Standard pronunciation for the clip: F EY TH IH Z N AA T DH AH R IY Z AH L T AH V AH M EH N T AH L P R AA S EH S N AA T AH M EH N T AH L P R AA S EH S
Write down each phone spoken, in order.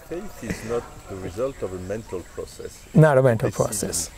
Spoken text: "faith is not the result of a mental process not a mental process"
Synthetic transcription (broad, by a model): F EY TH IH Z N AA T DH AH R IY Z AH L T AH V AH M EH N T AH L P R AA S EH S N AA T AH M EH N T AH L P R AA S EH S